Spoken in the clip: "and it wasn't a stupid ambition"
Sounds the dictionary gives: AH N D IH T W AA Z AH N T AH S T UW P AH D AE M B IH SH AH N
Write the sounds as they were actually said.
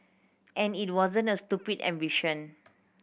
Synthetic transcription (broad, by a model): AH N IH T W AA Z AH N T AH S T UW P AH D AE M B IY SH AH N